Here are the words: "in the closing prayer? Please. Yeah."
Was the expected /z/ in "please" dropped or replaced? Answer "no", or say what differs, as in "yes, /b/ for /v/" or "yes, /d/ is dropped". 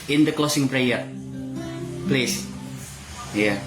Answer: yes, /s/ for /z/